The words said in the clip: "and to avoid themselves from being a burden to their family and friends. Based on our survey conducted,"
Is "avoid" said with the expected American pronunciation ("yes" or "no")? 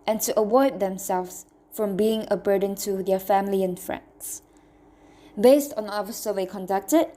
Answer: no